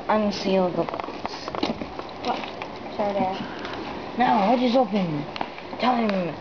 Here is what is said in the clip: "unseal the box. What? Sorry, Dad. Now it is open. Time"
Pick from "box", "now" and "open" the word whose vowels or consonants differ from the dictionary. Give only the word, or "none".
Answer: box